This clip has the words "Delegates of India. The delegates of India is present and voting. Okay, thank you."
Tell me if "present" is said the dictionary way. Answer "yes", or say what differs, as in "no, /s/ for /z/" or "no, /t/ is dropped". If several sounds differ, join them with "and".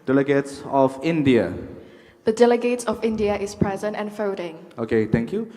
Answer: yes